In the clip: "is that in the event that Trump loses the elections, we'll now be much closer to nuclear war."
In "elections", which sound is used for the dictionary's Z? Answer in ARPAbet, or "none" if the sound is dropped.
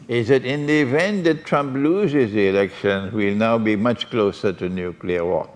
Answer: none